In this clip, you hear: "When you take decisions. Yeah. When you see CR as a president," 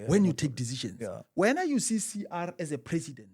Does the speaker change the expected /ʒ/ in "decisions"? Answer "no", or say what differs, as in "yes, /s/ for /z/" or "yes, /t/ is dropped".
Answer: yes, /ʃ/ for /ʒ/